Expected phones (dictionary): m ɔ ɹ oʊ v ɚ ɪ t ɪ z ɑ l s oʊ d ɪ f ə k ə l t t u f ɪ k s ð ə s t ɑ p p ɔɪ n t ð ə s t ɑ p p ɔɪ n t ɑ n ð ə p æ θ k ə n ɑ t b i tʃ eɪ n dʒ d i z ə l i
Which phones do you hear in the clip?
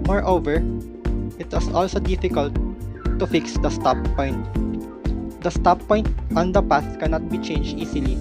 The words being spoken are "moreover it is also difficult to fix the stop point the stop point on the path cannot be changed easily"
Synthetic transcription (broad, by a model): m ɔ ɹ oʊ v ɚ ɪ t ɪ s ɑ l s oʊ d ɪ f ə k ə l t t u f ɪ k s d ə s t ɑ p p ɔɪ n t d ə s t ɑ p p ɔɪ n t ɑ n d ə p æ t k ə n ɑ t b i tʃ eɪ n dʒ d i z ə l i